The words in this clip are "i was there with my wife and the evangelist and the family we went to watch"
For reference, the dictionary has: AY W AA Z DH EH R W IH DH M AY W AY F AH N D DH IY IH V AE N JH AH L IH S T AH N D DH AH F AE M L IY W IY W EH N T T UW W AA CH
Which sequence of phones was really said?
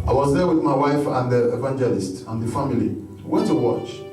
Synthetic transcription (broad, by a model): AY W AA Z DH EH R W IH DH M AY W AY F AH N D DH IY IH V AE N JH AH L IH S T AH N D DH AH F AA M IY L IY W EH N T T UW W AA CH